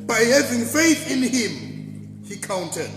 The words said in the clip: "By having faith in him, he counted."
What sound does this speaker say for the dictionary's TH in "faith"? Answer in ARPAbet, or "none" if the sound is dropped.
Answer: TH